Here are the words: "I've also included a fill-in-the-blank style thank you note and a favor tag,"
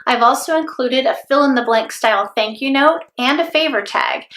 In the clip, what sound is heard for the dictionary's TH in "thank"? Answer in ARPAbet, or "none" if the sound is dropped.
TH